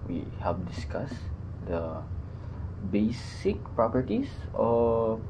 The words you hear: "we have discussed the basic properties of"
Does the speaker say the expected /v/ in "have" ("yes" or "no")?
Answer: no